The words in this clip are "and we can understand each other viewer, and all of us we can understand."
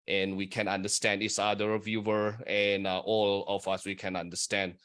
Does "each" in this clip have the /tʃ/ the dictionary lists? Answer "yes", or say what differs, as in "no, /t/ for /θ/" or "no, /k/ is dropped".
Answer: no, /s/ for /tʃ/